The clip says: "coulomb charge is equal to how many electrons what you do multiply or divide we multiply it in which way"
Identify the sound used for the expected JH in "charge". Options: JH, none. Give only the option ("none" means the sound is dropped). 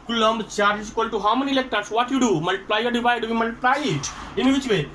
none